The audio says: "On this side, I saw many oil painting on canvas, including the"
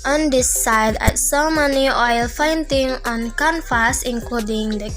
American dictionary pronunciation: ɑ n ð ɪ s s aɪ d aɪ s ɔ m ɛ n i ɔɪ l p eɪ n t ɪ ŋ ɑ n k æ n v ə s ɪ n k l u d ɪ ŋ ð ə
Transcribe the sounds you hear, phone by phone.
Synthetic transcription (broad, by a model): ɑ n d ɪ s s aɪ d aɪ s ɔ m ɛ n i ɔɪ l f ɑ n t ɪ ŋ ɑ n k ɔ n f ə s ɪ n k l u d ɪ ŋ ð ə